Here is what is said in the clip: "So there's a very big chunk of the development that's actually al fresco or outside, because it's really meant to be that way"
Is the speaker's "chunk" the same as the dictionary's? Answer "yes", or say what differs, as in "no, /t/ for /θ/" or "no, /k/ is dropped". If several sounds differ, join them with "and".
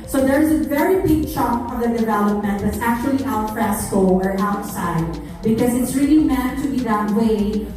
no, /ŋ/ is dropped